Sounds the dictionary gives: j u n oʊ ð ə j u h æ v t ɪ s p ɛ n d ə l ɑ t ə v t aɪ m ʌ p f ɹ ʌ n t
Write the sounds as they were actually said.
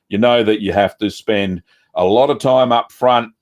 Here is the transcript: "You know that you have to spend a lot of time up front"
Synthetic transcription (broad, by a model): j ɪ n oʊ ð ə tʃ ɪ h æ f t ɪ s p ɛ n d ə l ɑ t ə v t aɪ m ʌ p f ɹ ʌ n t